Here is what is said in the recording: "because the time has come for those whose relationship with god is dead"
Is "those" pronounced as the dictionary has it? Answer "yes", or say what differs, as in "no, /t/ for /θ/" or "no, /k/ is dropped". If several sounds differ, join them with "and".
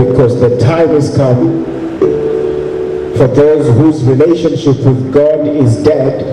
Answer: yes